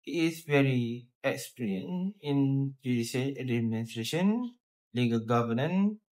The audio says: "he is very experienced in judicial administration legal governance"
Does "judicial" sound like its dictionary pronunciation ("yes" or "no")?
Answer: no